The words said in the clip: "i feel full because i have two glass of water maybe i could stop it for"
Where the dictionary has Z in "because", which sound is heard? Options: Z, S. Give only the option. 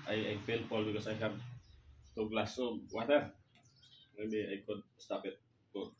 S